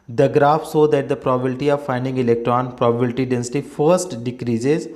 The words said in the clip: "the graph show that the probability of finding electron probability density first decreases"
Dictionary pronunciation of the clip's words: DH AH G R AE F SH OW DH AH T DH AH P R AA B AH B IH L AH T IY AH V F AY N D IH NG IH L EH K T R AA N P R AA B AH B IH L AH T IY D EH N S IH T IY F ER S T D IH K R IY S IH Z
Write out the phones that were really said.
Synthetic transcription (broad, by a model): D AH G R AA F S OW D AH T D AH P R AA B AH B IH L T IY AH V F AY N D IH NG IH L EH K T R AA N P R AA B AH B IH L T IY D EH N S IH T IY F ER S T D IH K R IY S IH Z